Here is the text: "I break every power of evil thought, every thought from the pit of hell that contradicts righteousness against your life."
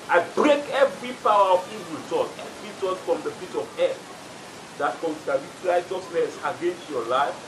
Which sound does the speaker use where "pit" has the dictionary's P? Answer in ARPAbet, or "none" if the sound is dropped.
F